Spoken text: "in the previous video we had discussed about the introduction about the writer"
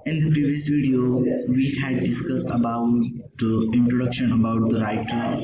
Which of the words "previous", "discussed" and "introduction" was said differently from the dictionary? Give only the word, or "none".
none